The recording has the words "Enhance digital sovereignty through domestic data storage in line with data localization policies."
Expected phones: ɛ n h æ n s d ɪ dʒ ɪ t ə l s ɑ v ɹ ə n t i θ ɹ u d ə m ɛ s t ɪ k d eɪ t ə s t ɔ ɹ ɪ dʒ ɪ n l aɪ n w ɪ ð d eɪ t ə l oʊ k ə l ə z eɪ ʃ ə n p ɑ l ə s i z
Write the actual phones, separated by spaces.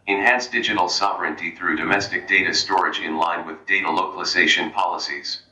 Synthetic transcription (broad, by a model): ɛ n h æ n s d ɪ dʒ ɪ t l s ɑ v ɹ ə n t i θ ɹ u d ə m ɛ s t ɪ k d eɪ t ə s t ɔ ɹ ɪ dʒ ɪ n l aɪ n w ɪ ð d eɪ t ə l oʊ k ə l ə z eɪ ʃ ə n p ɑ l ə s i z